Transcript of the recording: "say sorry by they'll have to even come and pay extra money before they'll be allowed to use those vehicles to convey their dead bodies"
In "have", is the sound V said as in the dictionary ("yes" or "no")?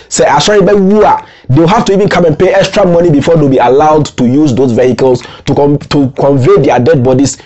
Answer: no